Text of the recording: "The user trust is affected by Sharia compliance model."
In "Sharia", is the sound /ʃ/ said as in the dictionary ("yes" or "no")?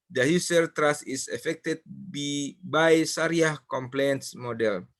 no